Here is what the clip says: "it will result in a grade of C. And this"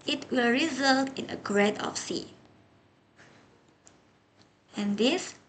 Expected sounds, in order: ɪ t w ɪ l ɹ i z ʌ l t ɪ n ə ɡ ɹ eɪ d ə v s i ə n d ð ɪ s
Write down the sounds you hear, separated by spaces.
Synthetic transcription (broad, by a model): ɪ t w ɪ l ɹ i z ʌ l t ɪ n ə ɡ ɹ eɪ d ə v s i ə n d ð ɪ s